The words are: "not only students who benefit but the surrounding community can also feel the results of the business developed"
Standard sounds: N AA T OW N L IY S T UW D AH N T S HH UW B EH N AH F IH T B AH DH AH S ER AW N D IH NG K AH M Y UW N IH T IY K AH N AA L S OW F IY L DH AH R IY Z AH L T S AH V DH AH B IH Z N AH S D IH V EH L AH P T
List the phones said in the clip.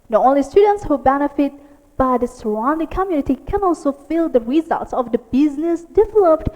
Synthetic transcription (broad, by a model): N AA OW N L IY S T UW D AH N T S HH UW B EH N AH F IH T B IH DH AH S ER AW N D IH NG K AH M Y UW N IH T IY K AH N AA L S OW F IY L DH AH R IY Z AH L T S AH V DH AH B IH Z N AH S D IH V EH L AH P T